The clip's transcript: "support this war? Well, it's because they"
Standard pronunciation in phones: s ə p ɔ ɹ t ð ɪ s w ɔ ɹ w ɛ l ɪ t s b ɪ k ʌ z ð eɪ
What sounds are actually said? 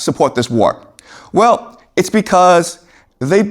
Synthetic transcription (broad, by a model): s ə p ɔ ɹ t ð ɪ s w ɔ ɹ w ɛ l ɪ t s b ɪ k ʌ z ð eɪ